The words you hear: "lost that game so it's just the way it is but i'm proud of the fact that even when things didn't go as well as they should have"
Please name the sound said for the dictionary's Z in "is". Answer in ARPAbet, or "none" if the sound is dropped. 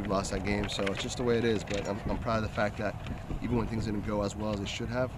Z